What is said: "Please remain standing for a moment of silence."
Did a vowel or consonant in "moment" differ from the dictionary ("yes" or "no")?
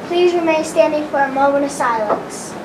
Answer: yes